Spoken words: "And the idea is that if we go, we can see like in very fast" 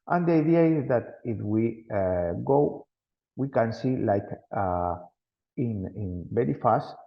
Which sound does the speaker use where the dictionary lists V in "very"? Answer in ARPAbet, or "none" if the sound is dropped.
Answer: B